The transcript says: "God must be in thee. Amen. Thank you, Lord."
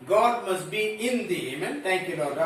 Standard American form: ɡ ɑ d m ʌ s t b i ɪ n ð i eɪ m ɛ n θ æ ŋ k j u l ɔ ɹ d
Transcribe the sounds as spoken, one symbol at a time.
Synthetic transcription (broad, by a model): ɡ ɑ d m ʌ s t b i ɪ n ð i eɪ m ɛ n t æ ŋ k j u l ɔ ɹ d